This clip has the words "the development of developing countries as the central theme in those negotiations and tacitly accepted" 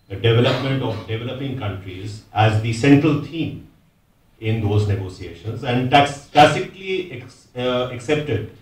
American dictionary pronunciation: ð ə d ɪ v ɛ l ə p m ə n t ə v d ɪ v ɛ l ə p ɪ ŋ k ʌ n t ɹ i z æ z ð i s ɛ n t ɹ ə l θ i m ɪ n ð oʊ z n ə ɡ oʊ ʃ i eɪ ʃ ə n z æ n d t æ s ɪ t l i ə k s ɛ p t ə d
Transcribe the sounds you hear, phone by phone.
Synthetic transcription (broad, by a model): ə d ɪ v ɛ l ə p m ə n t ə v d ɪ v ɛ l ə p ɪ ŋ k ʌ n t ɹ i z æ z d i s ɛ n t ɹ ə l t i m ɪ n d oʊ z n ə ɡ oʊ s i eɪ ʃ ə n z æ n d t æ s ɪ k l i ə k s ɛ p t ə d